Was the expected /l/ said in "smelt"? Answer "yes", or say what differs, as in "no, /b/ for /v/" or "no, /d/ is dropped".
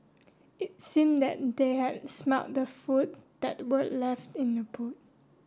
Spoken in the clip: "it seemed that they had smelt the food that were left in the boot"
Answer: no, /l/ is dropped